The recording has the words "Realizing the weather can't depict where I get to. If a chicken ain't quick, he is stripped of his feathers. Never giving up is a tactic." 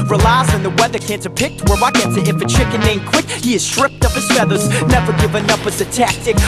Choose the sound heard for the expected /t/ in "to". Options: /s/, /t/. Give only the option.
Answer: /s/